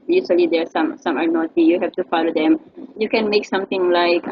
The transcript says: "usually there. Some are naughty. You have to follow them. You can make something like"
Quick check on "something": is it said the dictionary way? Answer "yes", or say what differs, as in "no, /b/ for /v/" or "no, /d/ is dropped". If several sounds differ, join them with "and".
no, /t/ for /θ/